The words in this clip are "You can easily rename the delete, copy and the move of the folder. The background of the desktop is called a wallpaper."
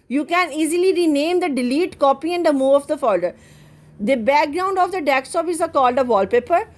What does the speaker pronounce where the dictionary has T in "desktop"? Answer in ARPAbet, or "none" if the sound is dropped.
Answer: S